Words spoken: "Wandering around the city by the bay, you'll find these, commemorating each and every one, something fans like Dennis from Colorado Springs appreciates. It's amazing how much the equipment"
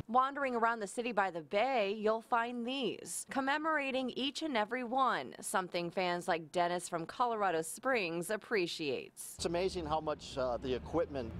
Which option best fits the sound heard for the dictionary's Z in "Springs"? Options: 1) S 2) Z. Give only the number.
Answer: 2